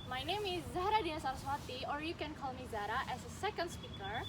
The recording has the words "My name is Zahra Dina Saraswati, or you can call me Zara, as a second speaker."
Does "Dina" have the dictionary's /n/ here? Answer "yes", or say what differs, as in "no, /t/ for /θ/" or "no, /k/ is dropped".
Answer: no, /n/ is dropped